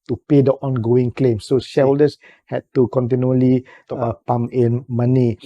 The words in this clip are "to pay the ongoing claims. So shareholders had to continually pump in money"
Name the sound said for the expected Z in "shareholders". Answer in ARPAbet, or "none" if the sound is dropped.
S